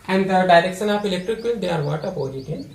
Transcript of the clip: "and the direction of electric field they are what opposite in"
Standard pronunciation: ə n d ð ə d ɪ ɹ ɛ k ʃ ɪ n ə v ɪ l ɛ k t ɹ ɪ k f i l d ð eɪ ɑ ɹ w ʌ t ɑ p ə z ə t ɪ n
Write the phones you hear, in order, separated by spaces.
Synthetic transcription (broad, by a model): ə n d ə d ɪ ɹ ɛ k s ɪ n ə p ɪ l ɛ k t ɹ ɪ k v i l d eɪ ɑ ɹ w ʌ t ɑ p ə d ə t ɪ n